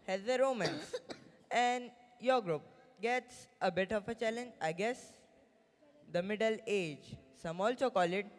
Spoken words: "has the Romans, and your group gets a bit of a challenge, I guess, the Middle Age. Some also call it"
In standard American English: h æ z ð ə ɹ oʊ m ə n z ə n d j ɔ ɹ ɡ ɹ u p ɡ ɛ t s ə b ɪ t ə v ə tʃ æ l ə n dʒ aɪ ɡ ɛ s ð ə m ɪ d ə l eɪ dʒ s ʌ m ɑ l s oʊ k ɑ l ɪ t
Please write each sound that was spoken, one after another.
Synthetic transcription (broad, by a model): h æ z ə ɹ oʊ m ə n s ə n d j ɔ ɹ ɡ ɹ u p ɡ ɛ t s ə b ɪ t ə f ə tʃ æ l ə n dʒ aɪ ɡ ɛ s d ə m ɪ d ə l eɪ dʒ s ʌ m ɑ l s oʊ k ɑ l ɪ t